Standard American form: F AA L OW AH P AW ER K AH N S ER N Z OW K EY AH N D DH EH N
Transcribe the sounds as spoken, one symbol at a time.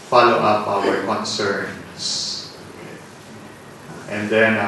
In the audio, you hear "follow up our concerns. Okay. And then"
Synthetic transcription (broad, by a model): F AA L OW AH P AW ER K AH N S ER N S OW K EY AH N D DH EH N